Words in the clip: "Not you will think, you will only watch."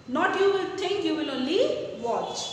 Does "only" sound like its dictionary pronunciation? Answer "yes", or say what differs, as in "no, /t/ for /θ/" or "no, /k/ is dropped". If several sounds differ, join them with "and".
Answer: no, /n/ is dropped